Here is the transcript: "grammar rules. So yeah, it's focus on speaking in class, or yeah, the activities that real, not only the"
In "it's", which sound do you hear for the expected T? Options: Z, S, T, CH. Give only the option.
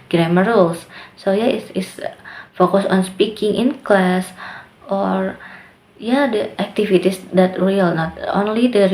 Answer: S